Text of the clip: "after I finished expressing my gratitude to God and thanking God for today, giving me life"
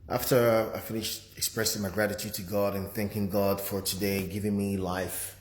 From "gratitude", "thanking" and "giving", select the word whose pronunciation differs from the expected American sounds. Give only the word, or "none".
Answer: none